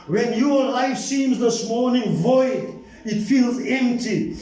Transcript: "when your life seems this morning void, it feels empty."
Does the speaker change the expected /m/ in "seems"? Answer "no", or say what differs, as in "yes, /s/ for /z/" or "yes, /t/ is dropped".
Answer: no